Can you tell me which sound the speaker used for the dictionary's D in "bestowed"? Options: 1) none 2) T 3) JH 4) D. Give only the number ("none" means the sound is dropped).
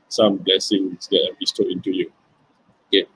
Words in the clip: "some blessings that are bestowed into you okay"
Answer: 1